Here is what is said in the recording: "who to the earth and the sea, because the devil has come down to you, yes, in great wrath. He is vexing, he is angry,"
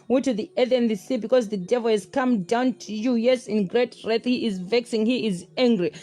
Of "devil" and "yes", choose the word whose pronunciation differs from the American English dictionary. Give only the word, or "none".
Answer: none